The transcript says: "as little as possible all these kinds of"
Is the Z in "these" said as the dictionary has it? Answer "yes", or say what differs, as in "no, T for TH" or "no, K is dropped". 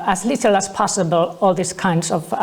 no, S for Z